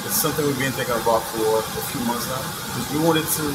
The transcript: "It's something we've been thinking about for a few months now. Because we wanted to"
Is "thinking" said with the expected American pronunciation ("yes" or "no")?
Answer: no